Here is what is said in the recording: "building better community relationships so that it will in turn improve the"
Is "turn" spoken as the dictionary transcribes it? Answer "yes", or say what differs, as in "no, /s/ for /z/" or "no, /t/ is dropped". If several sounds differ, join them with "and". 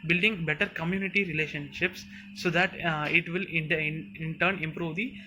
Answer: yes